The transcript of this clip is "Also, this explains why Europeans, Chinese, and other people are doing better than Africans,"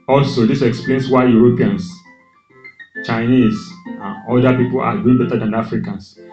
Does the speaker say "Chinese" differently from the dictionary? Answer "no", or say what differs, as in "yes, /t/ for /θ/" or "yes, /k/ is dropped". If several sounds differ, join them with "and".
yes, /s/ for /z/